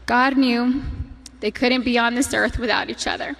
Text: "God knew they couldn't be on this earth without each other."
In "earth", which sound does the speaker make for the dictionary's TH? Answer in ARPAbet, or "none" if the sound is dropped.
TH